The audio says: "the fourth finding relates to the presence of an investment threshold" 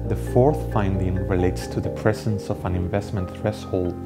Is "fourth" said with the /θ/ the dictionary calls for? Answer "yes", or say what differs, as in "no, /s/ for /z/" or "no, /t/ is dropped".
yes